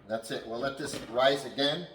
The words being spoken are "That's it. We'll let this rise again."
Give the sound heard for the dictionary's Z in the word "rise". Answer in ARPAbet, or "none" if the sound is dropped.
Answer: Z